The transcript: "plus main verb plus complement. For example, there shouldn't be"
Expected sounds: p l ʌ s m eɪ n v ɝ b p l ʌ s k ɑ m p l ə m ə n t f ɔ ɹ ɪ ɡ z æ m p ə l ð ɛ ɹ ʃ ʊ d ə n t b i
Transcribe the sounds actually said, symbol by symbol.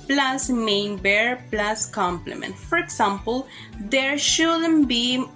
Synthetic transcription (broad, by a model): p l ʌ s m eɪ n b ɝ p l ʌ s k ɑ m p l ə m ə n t f ɔ ɹ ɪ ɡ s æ m p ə l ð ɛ ɹ ʃ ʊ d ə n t b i